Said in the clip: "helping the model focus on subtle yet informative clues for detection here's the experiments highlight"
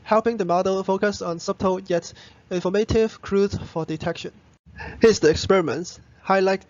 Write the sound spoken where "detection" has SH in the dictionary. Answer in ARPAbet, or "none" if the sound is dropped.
SH